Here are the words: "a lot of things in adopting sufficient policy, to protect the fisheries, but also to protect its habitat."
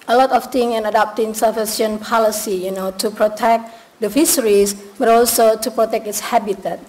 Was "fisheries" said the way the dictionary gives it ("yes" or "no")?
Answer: no